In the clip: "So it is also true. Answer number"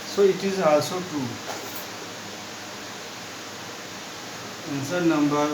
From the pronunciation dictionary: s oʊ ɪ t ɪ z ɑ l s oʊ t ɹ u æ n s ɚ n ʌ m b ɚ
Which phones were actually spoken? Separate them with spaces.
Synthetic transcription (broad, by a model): s oʊ ɪ t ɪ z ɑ s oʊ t u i n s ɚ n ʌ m b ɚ